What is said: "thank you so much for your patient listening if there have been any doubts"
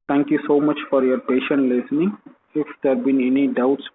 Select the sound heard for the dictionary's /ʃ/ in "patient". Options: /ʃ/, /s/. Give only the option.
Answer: /ʃ/